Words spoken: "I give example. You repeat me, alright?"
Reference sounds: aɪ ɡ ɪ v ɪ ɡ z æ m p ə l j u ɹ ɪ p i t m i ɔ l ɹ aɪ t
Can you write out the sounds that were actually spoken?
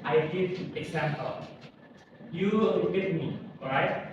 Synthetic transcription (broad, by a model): aɪ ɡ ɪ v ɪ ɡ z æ m p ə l j u l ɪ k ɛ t m i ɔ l ɹ aɪ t